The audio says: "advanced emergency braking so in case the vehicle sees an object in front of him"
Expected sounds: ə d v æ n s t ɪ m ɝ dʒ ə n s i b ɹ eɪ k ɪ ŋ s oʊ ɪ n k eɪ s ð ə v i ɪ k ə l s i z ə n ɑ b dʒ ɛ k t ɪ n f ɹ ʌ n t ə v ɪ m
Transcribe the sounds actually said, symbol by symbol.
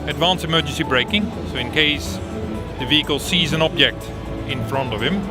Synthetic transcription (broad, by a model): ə d v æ n s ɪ m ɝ dʒ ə n s i b ɹ eɪ k ɪ ŋ s oʊ ɪ n k eɪ s ð ə v i ɪ k ə l s i z ə n ɑ b dʒ ɛ k t ɪ n f ɹ ʌ n t ə v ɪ m